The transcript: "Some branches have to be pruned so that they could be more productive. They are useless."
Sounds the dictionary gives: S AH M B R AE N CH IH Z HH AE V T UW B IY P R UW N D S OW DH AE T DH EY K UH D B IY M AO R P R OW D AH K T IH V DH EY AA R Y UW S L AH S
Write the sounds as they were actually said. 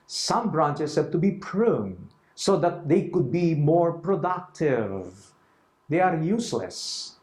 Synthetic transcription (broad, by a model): S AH M B R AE N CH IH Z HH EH P T UW B IY P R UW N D S OW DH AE T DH EY K UH D B IY M AO R P R OW D AH K T IH V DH EY AA R Y UW S L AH S